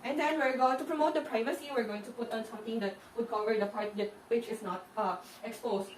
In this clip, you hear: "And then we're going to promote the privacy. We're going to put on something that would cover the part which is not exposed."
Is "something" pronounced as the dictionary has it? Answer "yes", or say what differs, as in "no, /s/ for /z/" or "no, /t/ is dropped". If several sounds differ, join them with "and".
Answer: no, /t/ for /θ/